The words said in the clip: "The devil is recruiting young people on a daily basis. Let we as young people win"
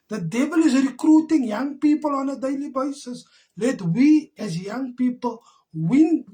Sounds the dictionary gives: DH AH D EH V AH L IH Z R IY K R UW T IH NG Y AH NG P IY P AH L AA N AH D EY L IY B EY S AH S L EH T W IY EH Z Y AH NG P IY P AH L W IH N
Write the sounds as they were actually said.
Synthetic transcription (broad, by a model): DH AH D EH B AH L IH Z R IY K R UW T IH NG Y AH NG P IY P AH L AA N AH D EY L IY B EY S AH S L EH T W IY EH Z Y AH NG P IY P AH L W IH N